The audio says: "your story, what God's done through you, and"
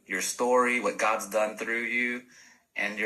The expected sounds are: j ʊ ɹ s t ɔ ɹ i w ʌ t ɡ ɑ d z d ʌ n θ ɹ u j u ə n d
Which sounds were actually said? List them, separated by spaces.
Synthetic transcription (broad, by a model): j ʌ ɹ s t ɔ ɹ i w ʌ t ɡ ɑ d z d ʌ n θ ɹ u j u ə n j